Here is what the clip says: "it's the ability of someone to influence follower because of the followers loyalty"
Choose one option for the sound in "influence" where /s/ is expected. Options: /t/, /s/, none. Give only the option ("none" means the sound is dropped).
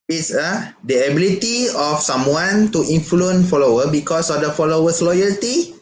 none